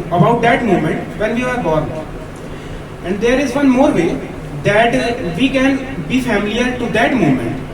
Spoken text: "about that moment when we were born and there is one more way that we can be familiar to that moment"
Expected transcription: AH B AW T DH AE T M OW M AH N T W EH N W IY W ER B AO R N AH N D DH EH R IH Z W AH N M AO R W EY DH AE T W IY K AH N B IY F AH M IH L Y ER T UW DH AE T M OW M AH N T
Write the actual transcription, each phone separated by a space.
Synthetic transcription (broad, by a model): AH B AW T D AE T M OW M AH N T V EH N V IY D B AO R AH N D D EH R IH Z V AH N M AO R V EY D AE T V IY K AH N B IY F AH M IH L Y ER T UW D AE T M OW M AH N T